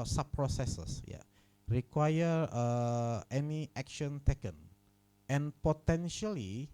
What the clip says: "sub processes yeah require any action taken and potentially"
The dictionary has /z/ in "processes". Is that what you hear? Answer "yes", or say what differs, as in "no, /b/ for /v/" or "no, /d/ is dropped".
no, /s/ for /z/